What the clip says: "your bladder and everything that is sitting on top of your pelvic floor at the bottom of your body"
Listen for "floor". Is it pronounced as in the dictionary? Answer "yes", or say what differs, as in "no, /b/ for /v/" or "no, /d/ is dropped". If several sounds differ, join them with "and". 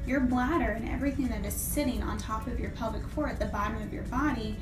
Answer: no, /l/ is dropped